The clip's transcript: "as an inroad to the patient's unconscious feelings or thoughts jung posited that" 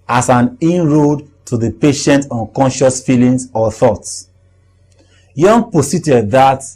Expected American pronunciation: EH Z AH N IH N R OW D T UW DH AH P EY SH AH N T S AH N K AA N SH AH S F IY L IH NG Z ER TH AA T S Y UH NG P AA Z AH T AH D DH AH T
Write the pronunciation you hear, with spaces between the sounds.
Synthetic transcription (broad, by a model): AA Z AH N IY N R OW D T UW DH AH P EY SH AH N T AH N K AA N SH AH S F IY L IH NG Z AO TH AA T S Y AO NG P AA S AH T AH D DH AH T